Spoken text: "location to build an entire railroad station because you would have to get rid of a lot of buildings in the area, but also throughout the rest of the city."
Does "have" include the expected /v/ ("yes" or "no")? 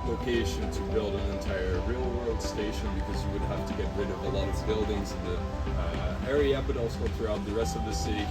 no